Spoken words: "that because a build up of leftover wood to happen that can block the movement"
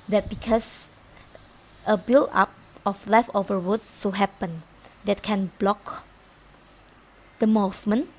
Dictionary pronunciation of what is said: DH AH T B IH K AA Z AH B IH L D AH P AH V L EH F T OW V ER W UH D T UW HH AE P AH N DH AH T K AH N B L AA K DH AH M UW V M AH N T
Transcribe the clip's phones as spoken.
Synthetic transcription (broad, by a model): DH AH T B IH K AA S AH B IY L AA P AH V L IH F OW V ER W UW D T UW HH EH P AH N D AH T K AH N B L AA K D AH M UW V M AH N